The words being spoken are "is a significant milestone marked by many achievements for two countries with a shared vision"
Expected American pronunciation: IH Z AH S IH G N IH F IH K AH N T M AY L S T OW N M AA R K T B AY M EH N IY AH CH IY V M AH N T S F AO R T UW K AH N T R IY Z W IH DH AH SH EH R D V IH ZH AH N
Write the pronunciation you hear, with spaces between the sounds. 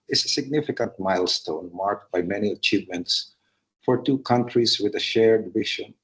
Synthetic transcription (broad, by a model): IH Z AH S IH G N IH F IH K AH N T M AY L S T OW N M AA R K T B AY M EH N IY AH CH IY V M AH N T S F AO R T UW K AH N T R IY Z W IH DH AH SH EH R D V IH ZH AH N